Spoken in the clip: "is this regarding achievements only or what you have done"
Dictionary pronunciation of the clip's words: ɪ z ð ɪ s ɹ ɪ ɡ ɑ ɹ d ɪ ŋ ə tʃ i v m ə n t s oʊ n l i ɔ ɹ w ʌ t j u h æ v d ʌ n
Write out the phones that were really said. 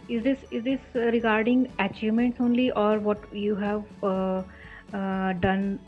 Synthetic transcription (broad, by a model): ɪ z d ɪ s ɹ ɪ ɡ ɑ ɹ d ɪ ŋ ə tʃ i v m ə n t s oʊ n l i ɔ ɹ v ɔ t j u h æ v d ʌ n